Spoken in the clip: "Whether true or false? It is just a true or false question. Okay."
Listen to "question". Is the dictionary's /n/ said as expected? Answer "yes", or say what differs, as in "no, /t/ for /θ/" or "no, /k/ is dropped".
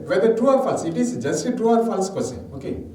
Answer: no, /n/ is dropped